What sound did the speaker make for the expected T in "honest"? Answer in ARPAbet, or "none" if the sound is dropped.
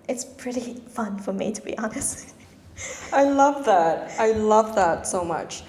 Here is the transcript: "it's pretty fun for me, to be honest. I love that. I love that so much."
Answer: T